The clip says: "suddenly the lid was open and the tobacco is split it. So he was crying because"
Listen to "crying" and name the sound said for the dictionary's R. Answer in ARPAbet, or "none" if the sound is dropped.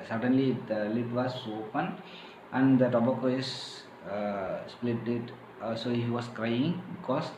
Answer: R